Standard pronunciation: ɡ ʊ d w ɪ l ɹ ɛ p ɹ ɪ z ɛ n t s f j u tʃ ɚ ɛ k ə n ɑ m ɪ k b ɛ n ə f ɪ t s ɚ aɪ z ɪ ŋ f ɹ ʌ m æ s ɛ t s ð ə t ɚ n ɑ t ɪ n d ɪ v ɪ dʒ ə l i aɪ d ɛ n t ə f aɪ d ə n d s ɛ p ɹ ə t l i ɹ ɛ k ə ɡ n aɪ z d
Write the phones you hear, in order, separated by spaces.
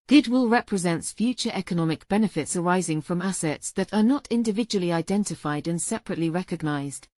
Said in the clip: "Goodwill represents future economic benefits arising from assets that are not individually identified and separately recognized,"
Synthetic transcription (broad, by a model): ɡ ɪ d w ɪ l ɹ ɛ p ɹ ɪ z ɛ n t s f j u tʃ ɚ ɛ k ə n ɑ m ɪ k b ɛ n ə f ɪ t s ɚ aɪ z ɪ ŋ f ɹ ʌ m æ s ɛ t s ð ə t ɚ n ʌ t ɪ n d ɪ v ɪ dʒ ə l i aɪ d ɛ n t ə f aɪ d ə n s ɛ p ɹ ə t l i ɹ ɛ k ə ɡ n aɪ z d